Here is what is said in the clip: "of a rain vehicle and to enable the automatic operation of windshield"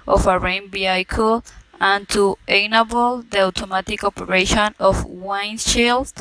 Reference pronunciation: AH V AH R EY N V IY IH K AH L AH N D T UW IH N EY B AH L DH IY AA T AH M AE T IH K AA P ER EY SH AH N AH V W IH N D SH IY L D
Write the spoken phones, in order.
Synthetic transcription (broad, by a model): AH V AH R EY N B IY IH K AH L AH N T UW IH N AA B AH L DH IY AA T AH M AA T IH K AA P ER EY SH AH N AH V W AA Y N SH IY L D